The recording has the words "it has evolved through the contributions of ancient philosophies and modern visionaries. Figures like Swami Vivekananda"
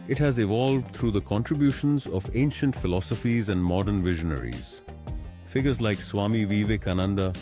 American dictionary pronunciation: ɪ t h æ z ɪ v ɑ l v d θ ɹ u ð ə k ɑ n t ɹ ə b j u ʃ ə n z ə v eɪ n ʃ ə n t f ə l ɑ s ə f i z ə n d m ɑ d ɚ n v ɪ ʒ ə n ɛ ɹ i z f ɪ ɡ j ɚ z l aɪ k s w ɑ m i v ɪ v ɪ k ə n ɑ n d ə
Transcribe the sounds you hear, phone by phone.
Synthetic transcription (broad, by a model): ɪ t h æ z ɪ v ɑ l v d t ɹ u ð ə k ɑ n t ɹ ə b j u ʃ ə n z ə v eɪ n ʃ ə n t f ə l ɑ s ə f i z ə n d m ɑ d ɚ n v ɪ ʒ ə n ɛ ɹ i z f ɪ ɡ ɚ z l aɪ k s w ɑ m i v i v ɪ k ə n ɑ n d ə